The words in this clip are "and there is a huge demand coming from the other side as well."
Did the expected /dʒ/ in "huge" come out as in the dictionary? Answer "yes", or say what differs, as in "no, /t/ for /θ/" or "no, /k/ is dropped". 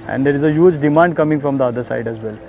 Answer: yes